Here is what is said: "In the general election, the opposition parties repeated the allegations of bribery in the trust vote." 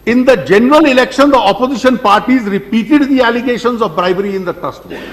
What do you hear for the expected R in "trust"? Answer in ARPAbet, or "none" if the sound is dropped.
none